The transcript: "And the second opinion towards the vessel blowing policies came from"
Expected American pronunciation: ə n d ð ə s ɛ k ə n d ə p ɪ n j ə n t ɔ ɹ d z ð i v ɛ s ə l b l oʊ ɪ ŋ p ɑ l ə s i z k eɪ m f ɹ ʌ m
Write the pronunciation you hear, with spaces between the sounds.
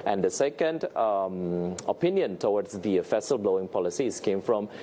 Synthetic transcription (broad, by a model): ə n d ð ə s ɛ k ə n d ə p ɪ n j ə n t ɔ w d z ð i f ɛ s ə l b l oʊ ɪ ŋ p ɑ l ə s i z k eɪ m f ɹ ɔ m